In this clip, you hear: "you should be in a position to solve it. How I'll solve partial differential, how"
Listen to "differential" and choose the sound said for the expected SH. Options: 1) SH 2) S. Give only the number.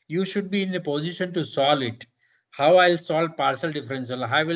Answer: 2